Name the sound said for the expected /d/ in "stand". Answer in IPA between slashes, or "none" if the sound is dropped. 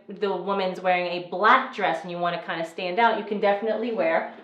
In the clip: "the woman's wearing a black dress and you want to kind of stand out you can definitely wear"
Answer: /d/